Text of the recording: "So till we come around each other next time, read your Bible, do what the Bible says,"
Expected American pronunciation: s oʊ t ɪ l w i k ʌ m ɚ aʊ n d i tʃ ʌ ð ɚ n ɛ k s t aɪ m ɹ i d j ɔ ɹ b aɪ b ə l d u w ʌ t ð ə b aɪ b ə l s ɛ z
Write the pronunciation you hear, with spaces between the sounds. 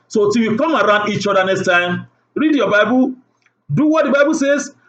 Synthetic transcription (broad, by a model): s oʊ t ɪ w i k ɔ m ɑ aʊ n d i tʃ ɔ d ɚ n ɛ k s t aɪ m ɹ i d j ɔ b aɪ b ə l d u w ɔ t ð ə b aɪ b ə l s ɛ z